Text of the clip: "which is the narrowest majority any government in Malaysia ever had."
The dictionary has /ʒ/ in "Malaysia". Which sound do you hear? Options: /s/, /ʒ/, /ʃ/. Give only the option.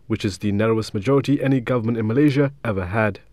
/ʒ/